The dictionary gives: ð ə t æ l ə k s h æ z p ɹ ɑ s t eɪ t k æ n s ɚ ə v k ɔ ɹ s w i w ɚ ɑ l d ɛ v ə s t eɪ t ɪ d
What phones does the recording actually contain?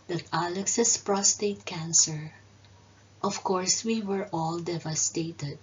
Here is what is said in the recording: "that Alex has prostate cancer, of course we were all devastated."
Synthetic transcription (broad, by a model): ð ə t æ l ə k s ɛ s p ɹ ɑ s t eɪ t k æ n s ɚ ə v k ɔ ɹ s w i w ɚ ɑ l d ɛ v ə s t eɪ t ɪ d